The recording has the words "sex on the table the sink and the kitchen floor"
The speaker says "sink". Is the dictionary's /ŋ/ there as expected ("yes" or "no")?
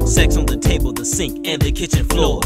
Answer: yes